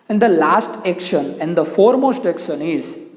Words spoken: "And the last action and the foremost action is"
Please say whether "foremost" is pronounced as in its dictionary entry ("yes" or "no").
yes